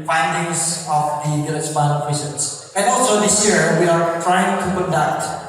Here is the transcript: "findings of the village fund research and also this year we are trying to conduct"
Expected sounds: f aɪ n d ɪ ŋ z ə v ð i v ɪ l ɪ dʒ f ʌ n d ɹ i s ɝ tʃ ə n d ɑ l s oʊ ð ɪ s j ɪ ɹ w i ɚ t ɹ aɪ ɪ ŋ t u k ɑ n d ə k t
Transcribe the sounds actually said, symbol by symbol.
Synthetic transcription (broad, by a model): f aɪ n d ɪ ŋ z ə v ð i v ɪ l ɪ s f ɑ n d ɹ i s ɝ s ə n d ɑ l s oʊ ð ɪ s j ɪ ɹ w i ɚ t ɹ aɪ ɪ ŋ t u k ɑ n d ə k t